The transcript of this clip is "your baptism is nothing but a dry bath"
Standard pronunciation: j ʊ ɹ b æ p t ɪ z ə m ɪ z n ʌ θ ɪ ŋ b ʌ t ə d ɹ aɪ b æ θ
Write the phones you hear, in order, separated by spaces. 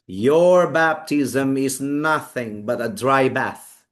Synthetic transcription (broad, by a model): j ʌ ɹ b æ p t ɪ z ə m ɪ z n ʌ θ ɪ ŋ b ʌ t ə d ɹ aɪ b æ θ